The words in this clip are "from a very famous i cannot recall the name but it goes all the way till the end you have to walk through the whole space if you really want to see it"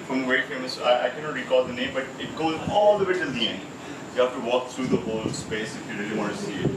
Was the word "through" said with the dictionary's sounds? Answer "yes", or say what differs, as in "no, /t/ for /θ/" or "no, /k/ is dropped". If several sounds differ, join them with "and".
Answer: no, /t/ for /θ/